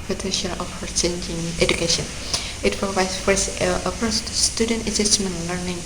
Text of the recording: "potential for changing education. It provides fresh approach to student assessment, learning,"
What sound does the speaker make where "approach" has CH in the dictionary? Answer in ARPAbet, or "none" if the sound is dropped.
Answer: S